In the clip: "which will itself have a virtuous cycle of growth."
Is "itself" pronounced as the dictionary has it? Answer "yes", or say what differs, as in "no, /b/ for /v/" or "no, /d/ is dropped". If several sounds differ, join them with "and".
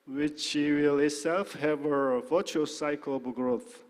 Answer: yes